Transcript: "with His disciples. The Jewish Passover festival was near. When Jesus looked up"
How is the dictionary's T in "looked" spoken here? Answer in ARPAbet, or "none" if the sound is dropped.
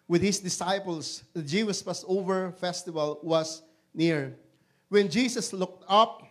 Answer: T